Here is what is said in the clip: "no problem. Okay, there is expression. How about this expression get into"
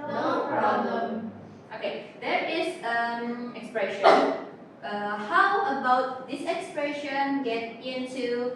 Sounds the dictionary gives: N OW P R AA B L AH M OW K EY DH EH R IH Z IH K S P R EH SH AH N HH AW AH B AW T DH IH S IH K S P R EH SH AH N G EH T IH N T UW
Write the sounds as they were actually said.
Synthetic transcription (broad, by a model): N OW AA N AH OW K EY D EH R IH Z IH K S P R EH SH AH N HH AW AH B AW T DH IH S IH K S P R EH SH AH N G EH T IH N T UW